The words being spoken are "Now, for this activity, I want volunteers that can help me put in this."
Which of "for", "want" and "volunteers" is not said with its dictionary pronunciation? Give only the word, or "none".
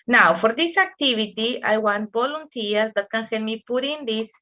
volunteers